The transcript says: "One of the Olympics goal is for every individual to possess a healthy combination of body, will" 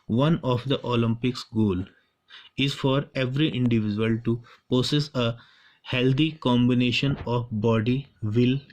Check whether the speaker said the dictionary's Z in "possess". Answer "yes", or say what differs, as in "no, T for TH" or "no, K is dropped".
no, S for Z